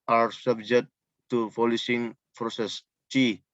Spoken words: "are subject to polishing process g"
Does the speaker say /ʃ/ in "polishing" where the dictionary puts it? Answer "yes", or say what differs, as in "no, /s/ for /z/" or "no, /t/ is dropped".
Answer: no, /s/ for /ʃ/